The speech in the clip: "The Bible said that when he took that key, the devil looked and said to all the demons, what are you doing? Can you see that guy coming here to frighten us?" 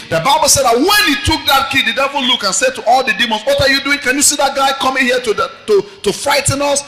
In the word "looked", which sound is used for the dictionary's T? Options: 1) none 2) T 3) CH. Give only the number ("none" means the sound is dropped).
1